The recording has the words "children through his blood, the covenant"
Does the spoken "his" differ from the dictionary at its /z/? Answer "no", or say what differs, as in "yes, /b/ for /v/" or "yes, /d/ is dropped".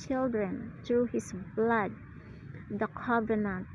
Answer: yes, /s/ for /z/